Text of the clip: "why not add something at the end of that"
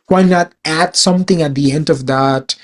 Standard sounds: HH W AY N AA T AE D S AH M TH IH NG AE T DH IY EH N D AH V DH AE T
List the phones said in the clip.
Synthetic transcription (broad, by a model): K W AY N AA T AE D S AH M T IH NG AE T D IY EH N D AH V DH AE T